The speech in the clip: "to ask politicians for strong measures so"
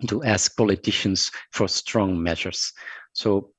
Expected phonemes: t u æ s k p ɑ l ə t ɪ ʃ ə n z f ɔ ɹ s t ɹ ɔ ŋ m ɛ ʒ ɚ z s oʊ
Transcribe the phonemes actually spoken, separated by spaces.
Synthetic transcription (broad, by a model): t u æ s k p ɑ l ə t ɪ ʃ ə n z f ɔ ɹ s t ɹ ɔ ŋ m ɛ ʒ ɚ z s oʊ